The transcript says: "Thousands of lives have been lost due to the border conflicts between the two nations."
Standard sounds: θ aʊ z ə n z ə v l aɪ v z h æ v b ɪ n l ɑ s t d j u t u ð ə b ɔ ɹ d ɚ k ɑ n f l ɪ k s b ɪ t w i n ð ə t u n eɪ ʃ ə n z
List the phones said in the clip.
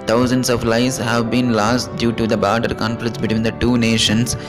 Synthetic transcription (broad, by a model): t aʊ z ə n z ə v l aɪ z h æ v b ɪ n l ɑ s t d j u t u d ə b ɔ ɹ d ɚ k ɑ n f l ɪ k s b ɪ t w i n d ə t u n eɪ ʃ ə n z